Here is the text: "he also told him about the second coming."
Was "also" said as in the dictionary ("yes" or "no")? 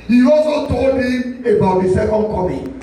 no